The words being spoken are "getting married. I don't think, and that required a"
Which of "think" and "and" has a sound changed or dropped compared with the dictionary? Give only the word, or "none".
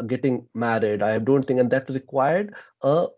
think